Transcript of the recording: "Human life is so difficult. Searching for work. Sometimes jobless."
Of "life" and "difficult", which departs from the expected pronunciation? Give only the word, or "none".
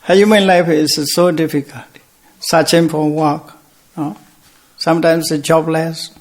none